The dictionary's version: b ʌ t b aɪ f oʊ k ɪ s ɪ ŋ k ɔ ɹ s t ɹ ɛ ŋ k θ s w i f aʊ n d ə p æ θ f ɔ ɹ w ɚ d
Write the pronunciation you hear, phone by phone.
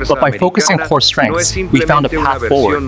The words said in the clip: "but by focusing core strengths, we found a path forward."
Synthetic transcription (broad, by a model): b ʌ t b aɪ f oʊ k ɪ s ɪ ŋ k ɔ ɹ s t ɹ ɛ ŋ k θ s w i f aʊ n d ə p æ θ f ɔ ɹ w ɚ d